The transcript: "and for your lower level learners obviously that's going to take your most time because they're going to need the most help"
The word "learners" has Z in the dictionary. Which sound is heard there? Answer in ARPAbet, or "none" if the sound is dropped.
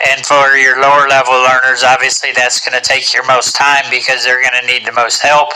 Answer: Z